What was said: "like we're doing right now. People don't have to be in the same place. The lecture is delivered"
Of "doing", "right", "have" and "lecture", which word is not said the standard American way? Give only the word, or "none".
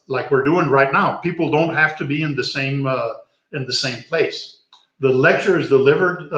have